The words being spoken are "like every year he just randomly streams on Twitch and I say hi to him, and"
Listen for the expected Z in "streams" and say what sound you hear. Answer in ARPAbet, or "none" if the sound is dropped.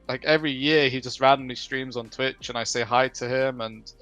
Z